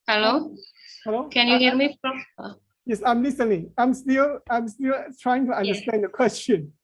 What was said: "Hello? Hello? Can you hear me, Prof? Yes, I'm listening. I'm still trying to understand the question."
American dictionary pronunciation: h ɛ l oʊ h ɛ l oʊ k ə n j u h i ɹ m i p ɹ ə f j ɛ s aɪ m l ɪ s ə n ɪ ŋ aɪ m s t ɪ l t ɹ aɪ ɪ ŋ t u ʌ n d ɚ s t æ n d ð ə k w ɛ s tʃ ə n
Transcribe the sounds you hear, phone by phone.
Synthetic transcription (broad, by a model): h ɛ l oʊ h ɛ l oʊ k ə n j u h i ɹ m i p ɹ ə p j ɛ s aɪ m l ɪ s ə n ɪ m aɪ m s t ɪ l t ɹ aɪ ɪ ŋ t u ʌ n d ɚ s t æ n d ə k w ɛ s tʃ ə n